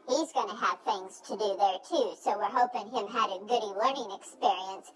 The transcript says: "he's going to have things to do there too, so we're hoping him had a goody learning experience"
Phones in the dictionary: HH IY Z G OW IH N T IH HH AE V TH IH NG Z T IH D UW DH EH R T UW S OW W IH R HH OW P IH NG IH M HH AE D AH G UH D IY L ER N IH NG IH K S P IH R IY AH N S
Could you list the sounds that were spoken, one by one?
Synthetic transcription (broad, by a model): HH IY Z G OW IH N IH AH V TH IH NG Z T IH D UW DH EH R T UW S OW W IH R HH OW P IH NG IH M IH D AH G UH D IY L ER N IH NG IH K S P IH R IY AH N S